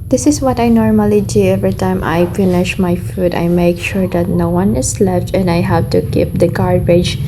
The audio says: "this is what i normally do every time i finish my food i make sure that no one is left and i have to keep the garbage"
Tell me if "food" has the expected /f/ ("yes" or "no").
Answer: yes